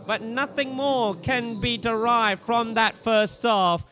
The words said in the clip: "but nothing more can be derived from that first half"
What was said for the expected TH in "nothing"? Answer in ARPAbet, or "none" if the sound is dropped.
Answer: TH